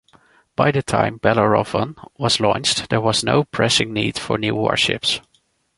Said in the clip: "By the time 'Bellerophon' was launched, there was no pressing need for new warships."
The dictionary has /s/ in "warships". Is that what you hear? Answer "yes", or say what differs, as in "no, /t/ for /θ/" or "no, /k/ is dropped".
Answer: yes